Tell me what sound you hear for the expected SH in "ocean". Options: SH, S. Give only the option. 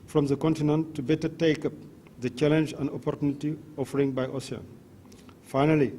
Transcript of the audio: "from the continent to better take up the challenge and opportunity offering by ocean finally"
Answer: S